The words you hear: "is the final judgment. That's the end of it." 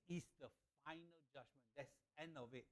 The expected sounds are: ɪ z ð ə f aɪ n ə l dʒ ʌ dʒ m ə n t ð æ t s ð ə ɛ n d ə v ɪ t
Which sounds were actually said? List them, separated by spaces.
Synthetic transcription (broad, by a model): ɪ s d ə f aɪ n ə l dʒ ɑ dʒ m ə n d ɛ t s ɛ n ə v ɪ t